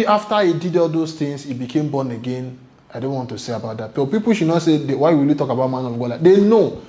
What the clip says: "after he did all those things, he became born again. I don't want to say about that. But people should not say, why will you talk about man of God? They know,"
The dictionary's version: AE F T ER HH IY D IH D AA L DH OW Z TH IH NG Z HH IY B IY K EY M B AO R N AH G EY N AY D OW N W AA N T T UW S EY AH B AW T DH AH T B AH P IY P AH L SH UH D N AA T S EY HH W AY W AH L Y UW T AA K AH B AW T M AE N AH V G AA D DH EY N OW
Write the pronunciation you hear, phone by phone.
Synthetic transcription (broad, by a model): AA F T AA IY D IH D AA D OW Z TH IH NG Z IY B IY K EY M B AO N AH G EY N AY D OW N W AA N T T UW S EY AH B AW T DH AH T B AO P IY P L SH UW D N AA T S EY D W AY W AH L Y UW T AA K AH B AW T M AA N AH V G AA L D EY N OW